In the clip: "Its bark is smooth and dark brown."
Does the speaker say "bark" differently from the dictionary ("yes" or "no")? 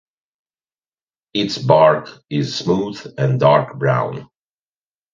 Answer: no